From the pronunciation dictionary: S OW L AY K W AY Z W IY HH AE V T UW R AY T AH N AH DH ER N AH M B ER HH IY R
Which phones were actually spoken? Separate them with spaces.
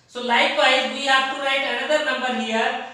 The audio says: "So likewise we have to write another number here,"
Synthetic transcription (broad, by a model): S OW L AY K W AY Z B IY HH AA F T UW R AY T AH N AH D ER N AH M B ER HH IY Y